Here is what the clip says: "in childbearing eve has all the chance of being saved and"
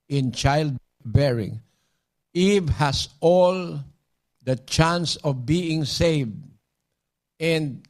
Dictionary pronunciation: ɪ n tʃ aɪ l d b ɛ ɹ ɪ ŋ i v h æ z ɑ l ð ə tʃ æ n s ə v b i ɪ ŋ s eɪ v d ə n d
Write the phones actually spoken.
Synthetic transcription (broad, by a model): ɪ n tʃ aɪ l d b ɛ ɹ ɪ ŋ i v h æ s ɑ l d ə tʃ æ n s ə v b i ɪ ŋ s eɪ v d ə n d